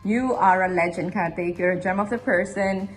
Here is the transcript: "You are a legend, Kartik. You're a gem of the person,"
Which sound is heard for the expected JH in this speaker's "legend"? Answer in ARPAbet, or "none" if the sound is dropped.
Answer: JH